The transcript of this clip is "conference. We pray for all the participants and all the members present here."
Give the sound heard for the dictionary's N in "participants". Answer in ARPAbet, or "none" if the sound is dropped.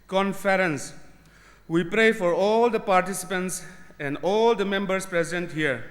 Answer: N